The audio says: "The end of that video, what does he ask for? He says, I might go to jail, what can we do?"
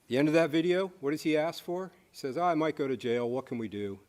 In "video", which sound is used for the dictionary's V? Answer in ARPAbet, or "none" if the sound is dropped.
V